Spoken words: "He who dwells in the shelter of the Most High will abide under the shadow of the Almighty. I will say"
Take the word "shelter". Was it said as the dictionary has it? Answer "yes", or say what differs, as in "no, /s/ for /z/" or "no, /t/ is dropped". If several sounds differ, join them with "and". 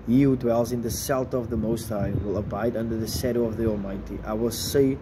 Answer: no, /s/ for /ʃ/